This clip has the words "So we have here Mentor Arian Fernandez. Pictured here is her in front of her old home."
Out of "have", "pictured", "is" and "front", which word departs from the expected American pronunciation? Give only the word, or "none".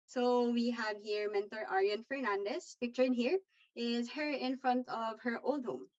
none